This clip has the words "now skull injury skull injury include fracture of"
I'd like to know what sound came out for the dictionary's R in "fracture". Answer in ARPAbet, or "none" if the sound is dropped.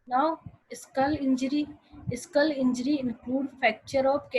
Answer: none